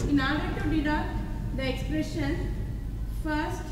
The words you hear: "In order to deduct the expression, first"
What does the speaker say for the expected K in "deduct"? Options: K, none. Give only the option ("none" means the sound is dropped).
none